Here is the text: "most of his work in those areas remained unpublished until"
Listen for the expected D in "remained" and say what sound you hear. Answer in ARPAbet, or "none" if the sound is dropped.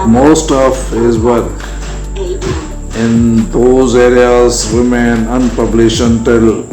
none